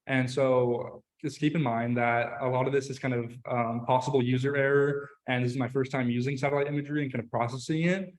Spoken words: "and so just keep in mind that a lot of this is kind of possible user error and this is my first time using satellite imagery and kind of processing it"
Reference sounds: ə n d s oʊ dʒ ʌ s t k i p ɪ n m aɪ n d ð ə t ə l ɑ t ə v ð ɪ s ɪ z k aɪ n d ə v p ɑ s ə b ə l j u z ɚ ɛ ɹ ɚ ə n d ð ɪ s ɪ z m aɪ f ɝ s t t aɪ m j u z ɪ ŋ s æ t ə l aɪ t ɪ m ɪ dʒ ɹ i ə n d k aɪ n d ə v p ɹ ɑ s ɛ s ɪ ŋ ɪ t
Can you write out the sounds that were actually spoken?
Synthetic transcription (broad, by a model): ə n s oʊ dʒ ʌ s k i p ɪ n m aɪ n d ð ə t ə l ɑ t ə v ð ɪ s ɪ z k aɪ n d ə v p ɑ s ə b l j u z ɚ ɛ ɹ ɚ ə n ð ɪ s ɪ z m aɪ f ɝ s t t aɪ m j u z ɪ ŋ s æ t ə l aɪ t ɪ m ɪ dʒ ɹ i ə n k aɪ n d ə v p ɹ ɑ s ɛ s ɪ ŋ ɪ t